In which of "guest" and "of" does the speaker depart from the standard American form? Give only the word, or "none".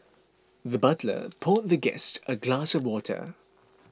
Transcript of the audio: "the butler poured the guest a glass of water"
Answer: none